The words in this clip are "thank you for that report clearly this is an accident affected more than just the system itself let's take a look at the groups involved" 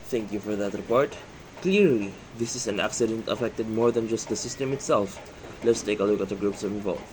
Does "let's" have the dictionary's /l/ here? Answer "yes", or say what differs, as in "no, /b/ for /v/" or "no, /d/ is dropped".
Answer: yes